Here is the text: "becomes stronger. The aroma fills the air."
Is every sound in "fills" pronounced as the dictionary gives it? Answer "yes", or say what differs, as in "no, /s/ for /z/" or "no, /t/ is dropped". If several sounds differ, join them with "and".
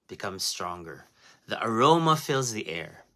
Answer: yes